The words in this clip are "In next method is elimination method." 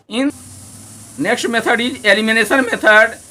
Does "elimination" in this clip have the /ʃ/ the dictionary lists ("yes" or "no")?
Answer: no